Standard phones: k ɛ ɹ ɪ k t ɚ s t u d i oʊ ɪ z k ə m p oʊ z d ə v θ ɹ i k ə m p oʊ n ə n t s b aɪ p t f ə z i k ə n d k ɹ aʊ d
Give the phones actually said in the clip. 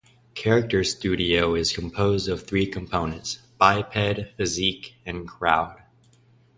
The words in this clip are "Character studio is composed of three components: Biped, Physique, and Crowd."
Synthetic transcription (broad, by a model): k ɛ ɹ ɪ k t ɚ s t u d i oʊ ɪ z k ə m p oʊ z d ə v θ ɹ i k ə m p oʊ n ə n t s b aɪ p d f ə z i k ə n k ɹ aʊ d